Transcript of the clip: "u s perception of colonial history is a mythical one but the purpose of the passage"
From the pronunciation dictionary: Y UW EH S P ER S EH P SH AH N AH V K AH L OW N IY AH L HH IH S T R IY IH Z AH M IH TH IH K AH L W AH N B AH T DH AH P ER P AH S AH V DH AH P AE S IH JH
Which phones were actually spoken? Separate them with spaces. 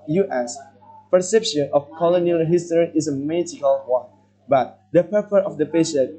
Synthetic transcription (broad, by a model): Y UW EH S P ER S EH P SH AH N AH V K AH L OW N IY AH L HH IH S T R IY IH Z AH M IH T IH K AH L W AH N B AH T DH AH P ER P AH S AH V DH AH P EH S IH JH